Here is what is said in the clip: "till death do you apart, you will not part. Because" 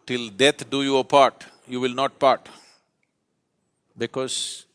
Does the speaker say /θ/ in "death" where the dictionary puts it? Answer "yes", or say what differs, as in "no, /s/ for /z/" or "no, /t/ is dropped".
no, /t/ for /θ/